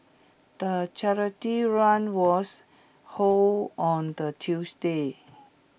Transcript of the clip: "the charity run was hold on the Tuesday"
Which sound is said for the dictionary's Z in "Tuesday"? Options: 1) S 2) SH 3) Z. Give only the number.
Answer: 1